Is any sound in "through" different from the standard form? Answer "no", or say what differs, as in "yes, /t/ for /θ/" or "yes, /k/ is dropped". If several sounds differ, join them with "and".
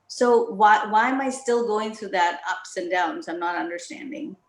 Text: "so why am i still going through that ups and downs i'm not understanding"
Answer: no